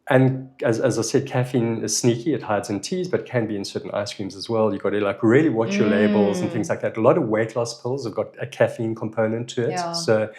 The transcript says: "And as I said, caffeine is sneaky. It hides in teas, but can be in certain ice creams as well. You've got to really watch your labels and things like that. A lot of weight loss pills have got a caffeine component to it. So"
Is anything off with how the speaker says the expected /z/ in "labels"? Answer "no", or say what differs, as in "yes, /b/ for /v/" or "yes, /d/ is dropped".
no